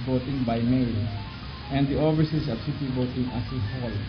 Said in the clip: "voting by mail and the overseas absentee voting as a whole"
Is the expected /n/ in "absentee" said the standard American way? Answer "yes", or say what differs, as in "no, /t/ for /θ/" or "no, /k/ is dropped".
no, /n/ is dropped